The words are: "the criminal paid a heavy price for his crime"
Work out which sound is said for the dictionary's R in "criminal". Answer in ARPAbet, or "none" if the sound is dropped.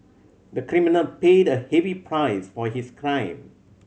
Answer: R